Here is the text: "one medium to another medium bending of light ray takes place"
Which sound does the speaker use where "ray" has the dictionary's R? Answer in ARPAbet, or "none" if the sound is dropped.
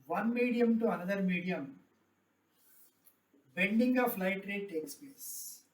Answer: R